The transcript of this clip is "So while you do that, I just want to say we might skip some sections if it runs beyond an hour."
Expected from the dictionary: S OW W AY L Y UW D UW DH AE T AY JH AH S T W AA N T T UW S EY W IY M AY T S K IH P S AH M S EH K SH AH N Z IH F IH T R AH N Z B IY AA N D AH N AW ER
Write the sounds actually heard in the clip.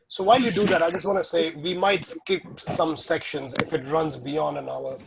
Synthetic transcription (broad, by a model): S OW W AY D Y UW D UW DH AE T AY JH AH S T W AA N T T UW S EY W IY M AY T S K IH P S AH M S EH K SH AH N Z IH F IH T R AH N Z B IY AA N D AH N AW ER